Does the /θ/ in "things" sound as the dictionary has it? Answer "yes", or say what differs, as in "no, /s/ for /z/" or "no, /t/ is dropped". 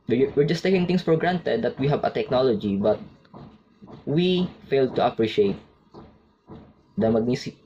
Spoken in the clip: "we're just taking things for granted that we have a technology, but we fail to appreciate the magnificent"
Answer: no, /t/ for /θ/